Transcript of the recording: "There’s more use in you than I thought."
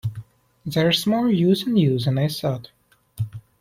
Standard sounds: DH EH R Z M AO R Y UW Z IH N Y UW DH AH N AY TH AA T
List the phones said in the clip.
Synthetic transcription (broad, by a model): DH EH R S M AO L Y UW Z IH N Y UW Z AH N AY S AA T